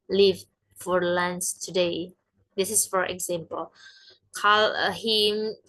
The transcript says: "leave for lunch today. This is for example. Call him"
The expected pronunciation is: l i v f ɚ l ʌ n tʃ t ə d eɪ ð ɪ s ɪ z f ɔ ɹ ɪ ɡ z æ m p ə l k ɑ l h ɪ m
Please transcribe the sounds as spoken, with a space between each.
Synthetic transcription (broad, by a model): l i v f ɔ l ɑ n s t ə d eɪ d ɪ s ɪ s f ɔ ɹ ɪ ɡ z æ m p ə l k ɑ l h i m